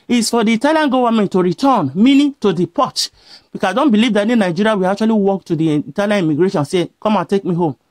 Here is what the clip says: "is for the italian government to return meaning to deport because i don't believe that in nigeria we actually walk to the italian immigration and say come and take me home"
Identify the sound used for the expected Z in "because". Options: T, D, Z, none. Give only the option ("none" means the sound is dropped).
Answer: none